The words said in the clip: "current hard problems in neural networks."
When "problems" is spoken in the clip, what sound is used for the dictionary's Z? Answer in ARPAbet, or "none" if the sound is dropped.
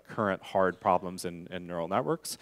Z